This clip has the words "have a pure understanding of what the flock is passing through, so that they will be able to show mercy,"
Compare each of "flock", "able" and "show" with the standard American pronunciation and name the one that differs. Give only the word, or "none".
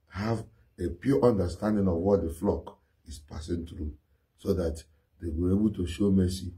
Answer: none